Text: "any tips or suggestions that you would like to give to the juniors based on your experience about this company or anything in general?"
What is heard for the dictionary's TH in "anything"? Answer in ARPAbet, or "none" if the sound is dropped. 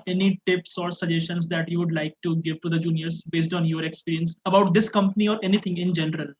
T